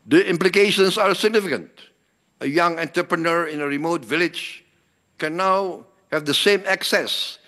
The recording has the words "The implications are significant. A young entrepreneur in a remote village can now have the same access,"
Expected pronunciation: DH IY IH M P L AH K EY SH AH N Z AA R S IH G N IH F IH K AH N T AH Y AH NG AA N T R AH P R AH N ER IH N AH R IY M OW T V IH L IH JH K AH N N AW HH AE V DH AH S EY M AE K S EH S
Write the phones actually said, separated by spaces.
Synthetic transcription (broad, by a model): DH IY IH M P L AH K EY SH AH N S AA R S IH G N IH F IH K AH N T AH Y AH NG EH N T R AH P R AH N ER IH N AH R IY M OW T V IH L IH JH K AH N N AW HH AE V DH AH S EY M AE K S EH S